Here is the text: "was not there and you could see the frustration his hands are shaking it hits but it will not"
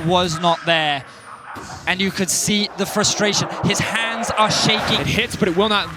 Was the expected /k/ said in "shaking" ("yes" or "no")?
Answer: no